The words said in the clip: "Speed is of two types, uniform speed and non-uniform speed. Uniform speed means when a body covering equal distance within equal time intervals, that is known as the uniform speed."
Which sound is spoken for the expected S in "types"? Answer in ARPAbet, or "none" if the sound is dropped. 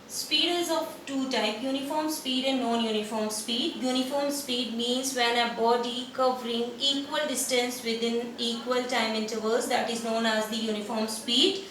none